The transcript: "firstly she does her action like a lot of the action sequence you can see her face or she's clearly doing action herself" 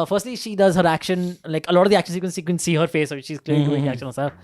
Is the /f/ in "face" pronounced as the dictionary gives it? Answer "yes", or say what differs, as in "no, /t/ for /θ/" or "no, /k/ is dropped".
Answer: yes